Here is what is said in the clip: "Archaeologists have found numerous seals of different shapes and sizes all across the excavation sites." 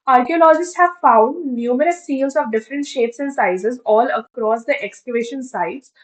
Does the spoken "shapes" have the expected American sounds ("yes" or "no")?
yes